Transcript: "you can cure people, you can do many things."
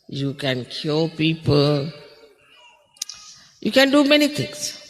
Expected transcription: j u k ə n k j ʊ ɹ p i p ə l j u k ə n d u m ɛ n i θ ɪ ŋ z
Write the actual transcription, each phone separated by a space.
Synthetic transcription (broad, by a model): j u k ə n k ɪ l p i p ə l j u k ə n d u m ɛ n i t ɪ ŋ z